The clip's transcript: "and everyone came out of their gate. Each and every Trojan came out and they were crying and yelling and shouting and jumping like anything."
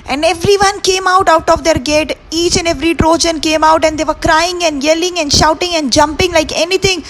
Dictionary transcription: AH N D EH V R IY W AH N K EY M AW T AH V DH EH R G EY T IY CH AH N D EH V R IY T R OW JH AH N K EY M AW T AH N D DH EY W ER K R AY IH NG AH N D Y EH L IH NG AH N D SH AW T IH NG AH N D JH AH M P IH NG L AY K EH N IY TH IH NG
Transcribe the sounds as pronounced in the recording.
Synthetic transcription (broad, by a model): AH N D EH V R IY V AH N K EY M AW T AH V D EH R G EY T IY CH AH N D EH V R IY T R OW JH AH N K EY M AW T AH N D EY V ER K R AY IH NG AH N D Y EH L IH NG AH N D SH AW T IH NG AH N D JH AH M P IH NG L AY K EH N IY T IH NG